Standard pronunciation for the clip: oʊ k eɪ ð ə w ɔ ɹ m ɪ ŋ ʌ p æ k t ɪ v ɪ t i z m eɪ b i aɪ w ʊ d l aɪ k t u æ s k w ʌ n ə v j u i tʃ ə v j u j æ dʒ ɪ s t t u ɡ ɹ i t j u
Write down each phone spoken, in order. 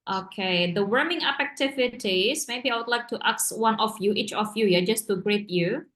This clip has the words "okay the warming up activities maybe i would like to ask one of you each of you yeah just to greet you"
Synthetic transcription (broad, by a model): oʊ k eɪ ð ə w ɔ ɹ m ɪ ŋ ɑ p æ k t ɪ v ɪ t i s m eɪ b i aɪ w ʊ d l aɪ k t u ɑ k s w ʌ n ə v j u i tʃ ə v j u j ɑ dʒ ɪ s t t u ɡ ɹ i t j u